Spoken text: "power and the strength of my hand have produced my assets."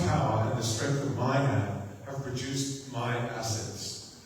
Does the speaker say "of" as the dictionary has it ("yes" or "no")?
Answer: yes